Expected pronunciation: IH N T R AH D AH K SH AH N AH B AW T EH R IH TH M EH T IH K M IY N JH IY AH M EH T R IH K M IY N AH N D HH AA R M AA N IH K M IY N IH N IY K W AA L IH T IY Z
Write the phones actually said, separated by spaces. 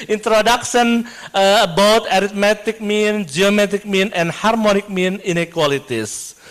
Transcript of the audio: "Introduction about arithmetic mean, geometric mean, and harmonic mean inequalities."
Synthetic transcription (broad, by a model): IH N T R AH D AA K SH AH N AH B AW T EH R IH T M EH T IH K M IY N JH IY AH M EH T IH K M IY N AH N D HH AA R M AA N IH K M IY N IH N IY K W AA L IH T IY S